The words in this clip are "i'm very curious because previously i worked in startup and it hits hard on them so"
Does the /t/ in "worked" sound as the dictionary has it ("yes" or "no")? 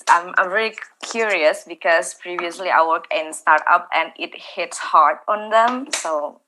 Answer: no